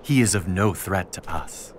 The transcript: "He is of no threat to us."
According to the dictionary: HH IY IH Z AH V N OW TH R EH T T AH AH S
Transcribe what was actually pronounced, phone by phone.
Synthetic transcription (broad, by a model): HH IY IH Z AH V N OW TH R EH T T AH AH S